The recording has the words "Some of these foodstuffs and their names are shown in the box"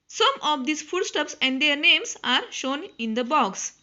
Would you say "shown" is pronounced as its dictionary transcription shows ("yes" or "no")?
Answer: yes